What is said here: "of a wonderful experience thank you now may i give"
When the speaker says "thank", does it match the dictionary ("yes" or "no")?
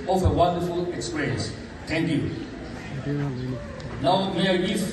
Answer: no